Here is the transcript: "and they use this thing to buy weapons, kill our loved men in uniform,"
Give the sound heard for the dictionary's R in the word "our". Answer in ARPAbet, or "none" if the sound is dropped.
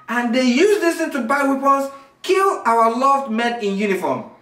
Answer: W